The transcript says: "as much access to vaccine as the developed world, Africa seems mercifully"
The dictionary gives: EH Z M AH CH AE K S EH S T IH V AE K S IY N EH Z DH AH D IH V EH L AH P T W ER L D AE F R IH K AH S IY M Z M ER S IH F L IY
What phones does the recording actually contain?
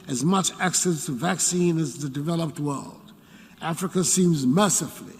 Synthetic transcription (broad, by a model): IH Z M AH CH AE K S EH S T IH V AE K S IY N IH Z DH AH D IH V EH L AH P T W ER L D AE F R IH K AH S IY M Z M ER S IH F L IY